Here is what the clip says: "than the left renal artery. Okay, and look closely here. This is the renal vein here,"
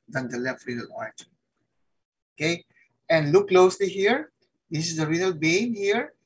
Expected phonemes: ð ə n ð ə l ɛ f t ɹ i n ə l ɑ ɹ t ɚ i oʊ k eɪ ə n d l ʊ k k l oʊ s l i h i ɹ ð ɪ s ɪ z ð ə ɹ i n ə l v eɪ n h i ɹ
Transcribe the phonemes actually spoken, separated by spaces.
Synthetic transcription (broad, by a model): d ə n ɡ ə l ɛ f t ɹ i n ə l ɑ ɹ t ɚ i oʊ k eɪ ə n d l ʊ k k l oʊ s l i h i ɹ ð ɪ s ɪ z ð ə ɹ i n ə l b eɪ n h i ɹ